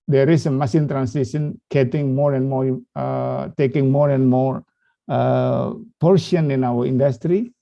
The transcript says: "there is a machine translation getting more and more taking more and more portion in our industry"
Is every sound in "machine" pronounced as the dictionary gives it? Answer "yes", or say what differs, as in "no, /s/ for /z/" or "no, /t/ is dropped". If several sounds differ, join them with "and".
no, /s/ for /ʃ/